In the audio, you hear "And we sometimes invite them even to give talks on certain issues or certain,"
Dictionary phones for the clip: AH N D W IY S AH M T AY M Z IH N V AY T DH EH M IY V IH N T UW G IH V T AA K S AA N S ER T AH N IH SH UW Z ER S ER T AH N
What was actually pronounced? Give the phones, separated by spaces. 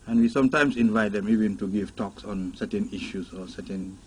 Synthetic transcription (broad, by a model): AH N W IY S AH M T AY M S IH N V AY T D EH M IY V IH N T UW G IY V T AA K S AA N S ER T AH N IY SH UW S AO S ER T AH N